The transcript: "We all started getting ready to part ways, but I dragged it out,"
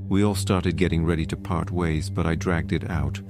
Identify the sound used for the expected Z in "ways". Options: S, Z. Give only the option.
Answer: Z